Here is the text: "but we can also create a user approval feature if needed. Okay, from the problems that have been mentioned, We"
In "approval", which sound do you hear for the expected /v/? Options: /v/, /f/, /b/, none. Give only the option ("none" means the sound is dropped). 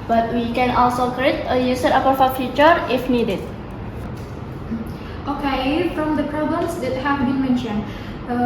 /f/